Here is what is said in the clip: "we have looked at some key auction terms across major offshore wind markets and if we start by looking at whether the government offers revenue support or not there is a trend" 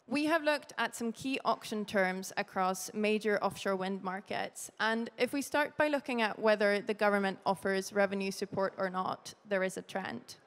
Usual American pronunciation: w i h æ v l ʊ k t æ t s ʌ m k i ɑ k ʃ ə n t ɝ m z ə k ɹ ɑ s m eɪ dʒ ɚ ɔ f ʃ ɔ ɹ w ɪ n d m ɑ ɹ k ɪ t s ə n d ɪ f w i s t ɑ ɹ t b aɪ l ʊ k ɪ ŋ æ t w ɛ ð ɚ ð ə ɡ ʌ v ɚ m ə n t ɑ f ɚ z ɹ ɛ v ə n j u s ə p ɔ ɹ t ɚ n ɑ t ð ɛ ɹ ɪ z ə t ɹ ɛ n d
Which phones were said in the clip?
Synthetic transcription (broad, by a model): w i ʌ v l ʊ k t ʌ t s ʌ m k i ɑ k ʃ ə n t ɝ m z ə k ɹ ɑ s m eɪ dʒ ɚ ɔ f ʃ ɔ ɹ w ɪ n d m ɑ ɹ k ɪ t s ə n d ɪ f w i s t ɑ ɹ t b aɪ l ʊ k ɪ ŋ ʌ t w ɛ ð ɚ ð ə ɡ ʌ v ɚ m ə n t ɑ f ɚ z ɹ ɛ v ə n j u s ə p ɔ ɹ t ɚ n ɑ t ð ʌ ɹ ɪ z ə t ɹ ɛ n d